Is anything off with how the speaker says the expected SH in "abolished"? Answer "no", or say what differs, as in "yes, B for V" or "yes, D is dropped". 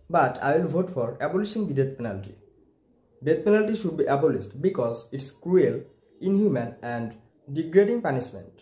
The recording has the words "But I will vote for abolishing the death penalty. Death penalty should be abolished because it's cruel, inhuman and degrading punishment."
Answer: yes, S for SH